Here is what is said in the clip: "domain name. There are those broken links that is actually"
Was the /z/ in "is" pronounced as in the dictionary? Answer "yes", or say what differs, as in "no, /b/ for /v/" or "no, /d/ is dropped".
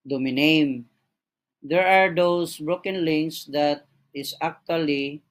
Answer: no, /s/ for /z/